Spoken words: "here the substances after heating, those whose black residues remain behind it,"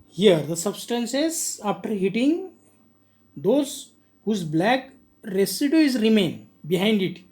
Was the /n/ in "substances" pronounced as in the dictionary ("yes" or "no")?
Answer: yes